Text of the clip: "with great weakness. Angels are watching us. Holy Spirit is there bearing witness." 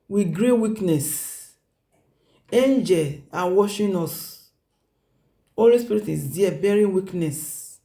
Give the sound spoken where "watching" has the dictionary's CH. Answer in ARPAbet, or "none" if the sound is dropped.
SH